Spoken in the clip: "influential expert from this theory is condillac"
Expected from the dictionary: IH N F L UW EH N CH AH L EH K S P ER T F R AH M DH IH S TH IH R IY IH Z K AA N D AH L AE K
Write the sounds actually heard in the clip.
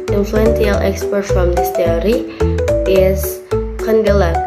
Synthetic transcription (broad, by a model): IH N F L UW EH N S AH L EH K S P ER T F R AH M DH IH S T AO R IY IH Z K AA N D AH L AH